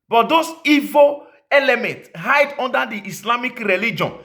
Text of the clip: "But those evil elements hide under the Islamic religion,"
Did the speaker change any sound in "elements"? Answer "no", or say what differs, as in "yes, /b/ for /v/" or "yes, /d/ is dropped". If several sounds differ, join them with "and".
yes, /s/ is dropped